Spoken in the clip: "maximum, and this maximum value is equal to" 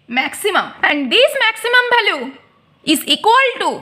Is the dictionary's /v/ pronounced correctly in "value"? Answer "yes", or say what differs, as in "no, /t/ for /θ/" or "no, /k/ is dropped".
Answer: no, /b/ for /v/